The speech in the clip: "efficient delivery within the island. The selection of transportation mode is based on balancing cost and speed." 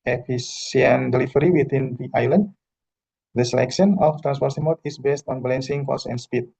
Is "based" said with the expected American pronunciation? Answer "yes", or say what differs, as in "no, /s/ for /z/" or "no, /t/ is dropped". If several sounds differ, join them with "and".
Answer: yes